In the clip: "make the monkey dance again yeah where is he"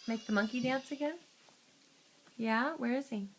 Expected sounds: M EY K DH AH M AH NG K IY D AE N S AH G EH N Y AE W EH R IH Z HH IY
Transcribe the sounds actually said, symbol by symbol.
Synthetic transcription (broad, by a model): M EY K DH AH M AH NG K IY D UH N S AH G EH N Y AE W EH R IH Z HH IY